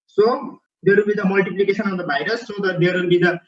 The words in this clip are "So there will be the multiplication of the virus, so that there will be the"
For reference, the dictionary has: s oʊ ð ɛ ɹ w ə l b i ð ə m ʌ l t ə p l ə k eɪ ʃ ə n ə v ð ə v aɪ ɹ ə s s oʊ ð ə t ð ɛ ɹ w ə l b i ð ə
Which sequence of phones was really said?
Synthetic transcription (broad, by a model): s oʊ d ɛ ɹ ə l b i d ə m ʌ l t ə p l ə k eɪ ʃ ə n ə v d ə b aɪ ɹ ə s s oʊ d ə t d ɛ ɹ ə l b i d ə